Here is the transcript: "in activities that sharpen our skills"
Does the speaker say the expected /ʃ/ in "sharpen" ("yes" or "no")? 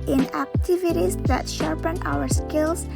yes